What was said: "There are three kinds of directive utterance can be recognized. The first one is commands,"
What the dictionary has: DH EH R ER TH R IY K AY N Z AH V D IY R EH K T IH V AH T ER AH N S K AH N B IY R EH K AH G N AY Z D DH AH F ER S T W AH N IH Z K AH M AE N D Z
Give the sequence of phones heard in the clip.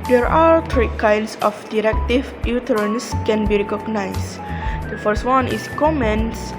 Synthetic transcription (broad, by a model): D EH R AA T R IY K AY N S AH F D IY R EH K T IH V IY T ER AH N S K AH N B IY R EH K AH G N AY S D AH F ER S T W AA N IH S K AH M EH N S